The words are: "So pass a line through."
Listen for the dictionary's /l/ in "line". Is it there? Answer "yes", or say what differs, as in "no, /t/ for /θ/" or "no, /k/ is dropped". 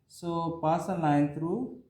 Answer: no, /n/ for /l/